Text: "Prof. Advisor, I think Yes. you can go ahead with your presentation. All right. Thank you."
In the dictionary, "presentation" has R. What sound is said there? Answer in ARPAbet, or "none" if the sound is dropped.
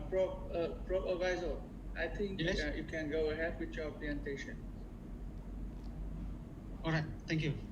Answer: L